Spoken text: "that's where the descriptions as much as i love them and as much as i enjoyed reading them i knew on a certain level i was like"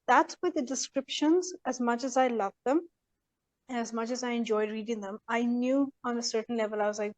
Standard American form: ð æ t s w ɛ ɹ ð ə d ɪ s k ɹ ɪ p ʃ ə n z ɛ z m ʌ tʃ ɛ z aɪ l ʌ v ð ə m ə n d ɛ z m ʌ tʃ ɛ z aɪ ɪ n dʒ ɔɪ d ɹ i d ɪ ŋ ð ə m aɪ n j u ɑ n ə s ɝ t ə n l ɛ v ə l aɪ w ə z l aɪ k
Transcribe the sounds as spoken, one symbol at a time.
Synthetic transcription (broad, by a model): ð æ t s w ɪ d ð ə d ɪ s k ɹ ɪ p ʃ ə n z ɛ z m ʌ tʃ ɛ z aɪ l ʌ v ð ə m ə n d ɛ z m ʌ tʃ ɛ z aɪ ɪ n dʒ ɔɪ d ɹ i d ɪ ŋ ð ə m aɪ n j u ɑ n ə s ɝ t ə n l ɛ v ə l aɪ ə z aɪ